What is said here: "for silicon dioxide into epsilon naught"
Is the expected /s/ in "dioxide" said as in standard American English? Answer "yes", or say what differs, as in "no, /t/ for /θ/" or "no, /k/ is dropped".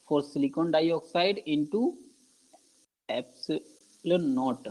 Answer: yes